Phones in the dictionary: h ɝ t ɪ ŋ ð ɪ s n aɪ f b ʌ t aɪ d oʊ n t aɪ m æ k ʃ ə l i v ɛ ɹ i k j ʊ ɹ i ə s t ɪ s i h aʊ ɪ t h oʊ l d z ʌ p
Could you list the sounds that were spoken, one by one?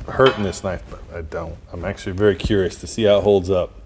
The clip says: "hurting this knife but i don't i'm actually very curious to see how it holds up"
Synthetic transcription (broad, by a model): h ɝ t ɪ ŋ ð ɪ s n aɪ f b ʌ t aɪ d oʊ n t aɪ m æ k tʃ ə l i v ɛ ɹ i k j ʊ ɹ i ə s t ɪ s i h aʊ ɪ t h oʊ l d z ʌ p